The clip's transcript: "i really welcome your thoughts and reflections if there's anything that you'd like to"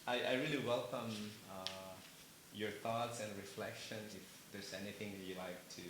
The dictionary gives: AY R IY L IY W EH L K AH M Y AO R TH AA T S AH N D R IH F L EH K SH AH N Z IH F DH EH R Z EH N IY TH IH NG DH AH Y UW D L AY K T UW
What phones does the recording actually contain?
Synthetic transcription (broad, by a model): AY R IY L IY W EH L K AH M Y AO R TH AA T S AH N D R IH F L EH K SH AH N IH F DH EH R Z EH N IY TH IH NG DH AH Y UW L AY K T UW